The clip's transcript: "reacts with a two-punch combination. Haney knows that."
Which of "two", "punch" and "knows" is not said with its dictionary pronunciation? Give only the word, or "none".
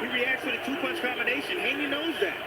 punch